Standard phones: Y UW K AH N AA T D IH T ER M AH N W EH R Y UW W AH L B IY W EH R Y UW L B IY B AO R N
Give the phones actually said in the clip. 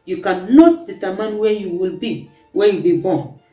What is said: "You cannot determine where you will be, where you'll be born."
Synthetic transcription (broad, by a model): Y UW K AH N AA T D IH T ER M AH N W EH Y UW W AH L B IY W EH Y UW B IY B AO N